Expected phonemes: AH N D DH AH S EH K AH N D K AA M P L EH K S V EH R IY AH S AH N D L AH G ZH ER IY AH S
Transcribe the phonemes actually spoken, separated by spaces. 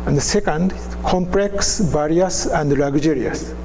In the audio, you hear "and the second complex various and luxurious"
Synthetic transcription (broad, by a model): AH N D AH S EH K AH N D K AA M P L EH K S B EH R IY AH S AH N D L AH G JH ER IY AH S